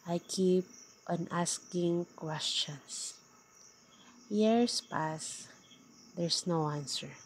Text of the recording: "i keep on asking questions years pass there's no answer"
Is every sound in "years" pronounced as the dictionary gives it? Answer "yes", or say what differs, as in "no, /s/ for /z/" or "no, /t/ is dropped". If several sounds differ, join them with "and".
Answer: no, /s/ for /z/